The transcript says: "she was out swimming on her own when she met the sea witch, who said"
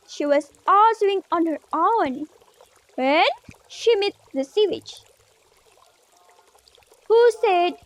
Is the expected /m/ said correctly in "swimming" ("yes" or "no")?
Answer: no